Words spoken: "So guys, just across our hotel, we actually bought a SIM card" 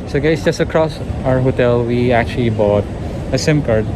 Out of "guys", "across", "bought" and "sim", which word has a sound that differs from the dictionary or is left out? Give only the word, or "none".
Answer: guys